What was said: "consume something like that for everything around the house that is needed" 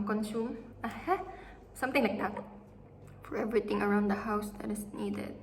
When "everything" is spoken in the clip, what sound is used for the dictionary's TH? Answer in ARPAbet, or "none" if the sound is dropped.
T